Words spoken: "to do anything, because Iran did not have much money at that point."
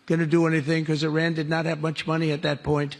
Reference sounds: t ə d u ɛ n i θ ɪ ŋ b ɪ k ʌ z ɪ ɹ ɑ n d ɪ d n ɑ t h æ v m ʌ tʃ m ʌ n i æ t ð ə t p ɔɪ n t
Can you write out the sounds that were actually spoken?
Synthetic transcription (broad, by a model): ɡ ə d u ɛ n i θ ɪ ŋ k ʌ z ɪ ɹ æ n d ɪ d n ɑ t h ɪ v m ʌ tʃ m ʌ n i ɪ t ð ə t p ɔɪ n t